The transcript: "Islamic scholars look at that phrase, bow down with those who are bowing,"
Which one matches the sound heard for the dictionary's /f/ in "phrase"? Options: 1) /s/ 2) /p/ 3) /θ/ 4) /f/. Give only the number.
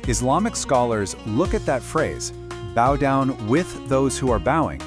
4